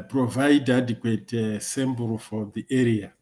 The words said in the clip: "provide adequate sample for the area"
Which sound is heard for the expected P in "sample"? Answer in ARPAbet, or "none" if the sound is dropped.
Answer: B